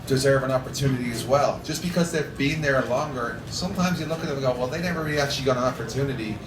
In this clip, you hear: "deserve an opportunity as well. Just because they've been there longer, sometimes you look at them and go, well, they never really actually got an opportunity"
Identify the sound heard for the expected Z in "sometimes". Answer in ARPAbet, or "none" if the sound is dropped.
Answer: Z